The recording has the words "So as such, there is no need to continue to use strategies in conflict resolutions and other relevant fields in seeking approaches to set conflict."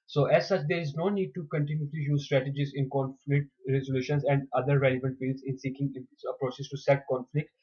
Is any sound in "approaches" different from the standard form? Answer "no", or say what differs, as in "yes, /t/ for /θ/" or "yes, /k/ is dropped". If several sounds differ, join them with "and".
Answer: yes, /s/ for /tʃ/ and /s/ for /z/